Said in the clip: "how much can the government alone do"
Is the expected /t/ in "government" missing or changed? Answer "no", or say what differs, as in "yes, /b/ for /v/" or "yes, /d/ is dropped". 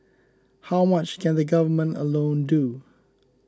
no